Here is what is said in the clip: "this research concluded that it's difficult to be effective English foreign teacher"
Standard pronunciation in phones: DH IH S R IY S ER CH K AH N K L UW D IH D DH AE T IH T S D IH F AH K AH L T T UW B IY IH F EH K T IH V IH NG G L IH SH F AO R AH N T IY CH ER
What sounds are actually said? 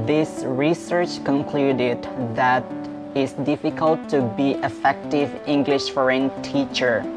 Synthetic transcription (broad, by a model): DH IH S R IY S ER CH K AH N K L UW D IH D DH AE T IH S D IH F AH K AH L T T UW B IY IH F EH K T IH V IH NG G L IH SH F AO R AH N T IY CH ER